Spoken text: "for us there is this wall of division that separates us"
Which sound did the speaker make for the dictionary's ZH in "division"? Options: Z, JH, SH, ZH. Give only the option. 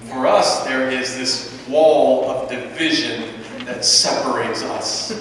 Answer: ZH